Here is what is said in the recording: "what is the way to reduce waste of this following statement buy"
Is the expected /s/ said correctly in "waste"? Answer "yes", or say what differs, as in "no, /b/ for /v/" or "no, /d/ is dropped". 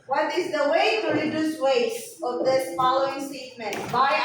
no, /s/ is dropped